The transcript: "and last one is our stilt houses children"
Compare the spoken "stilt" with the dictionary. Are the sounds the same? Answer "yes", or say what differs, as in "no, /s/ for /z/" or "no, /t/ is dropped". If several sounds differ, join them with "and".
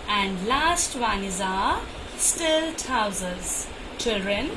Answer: yes